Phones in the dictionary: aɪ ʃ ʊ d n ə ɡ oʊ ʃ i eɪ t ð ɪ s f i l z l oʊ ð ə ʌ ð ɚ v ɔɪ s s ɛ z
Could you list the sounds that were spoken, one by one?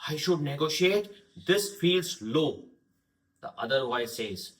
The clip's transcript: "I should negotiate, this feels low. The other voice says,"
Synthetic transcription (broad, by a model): aɪ ʃ ʊ d n ə ɡ oʊ ʃ i eɪ t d ɪ s f i l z l oʊ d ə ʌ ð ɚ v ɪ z s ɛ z